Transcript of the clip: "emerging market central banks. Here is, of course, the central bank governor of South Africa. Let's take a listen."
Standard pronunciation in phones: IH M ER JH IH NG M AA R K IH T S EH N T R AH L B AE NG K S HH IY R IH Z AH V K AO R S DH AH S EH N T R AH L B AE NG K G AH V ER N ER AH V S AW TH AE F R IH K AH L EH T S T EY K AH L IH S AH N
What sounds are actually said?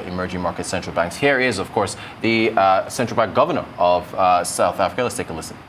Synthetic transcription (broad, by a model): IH M ER JH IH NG M AA R K IH T S EH N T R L B AE NG K S HH IY R IH Z AH V K AO R S DH AH S EH N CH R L B AE NG K G AH V ER N ER AH V S AW TH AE F R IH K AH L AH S T EY K AH L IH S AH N